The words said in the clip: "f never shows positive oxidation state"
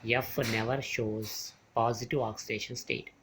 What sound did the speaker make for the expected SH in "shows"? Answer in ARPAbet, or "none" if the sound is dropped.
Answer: SH